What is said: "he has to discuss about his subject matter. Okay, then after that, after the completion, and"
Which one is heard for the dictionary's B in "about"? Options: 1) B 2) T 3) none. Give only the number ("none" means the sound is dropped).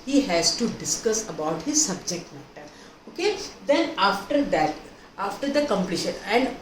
1